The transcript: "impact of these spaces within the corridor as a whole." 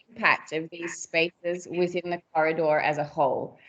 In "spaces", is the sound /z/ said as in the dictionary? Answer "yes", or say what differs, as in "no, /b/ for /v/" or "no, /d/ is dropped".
yes